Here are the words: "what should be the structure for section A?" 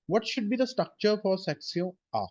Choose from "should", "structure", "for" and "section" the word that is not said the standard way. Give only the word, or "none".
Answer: section